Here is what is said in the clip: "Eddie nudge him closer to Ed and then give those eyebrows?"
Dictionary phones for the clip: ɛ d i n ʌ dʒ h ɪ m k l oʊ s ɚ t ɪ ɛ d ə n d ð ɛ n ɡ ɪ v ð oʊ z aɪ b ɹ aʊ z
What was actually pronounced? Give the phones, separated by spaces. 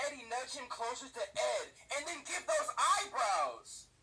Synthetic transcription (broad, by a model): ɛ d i n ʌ tʃ h ɪ m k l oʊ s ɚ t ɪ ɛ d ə n ð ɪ n ɡ ɪ v ð oʊ z aɪ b ɹ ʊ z